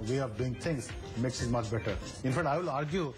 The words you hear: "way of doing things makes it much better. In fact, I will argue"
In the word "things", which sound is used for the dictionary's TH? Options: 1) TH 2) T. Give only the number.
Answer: 2